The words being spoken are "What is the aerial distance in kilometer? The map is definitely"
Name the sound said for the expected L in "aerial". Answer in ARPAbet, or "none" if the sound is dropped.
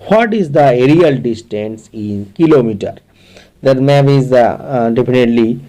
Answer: L